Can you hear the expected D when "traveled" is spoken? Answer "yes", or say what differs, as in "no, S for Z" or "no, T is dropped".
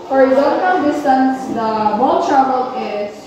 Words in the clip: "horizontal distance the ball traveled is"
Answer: no, D is dropped